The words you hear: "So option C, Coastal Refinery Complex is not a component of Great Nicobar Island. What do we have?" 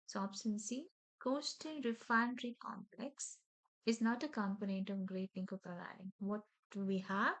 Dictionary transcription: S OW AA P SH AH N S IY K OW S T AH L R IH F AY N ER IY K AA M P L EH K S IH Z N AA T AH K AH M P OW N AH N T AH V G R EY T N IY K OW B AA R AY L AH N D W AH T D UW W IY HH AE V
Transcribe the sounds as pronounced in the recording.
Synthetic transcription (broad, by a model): S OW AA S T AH N S IY K OW S T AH N R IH F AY N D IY K AA M P L EH K S IH Z N AA T AH K AH M P OW N AH N T AH V G R EY T L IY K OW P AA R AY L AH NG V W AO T D UW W IY HH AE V